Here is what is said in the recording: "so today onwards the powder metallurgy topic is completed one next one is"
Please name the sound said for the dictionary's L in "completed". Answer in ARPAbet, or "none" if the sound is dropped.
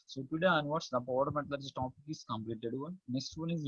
L